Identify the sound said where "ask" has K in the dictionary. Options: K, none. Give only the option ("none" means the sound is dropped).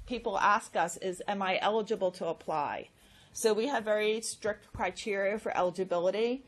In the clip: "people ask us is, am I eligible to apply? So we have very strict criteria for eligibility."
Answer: K